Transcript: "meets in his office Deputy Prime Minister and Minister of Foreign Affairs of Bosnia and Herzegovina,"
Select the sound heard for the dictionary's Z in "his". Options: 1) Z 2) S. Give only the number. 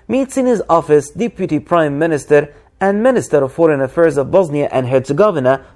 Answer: 1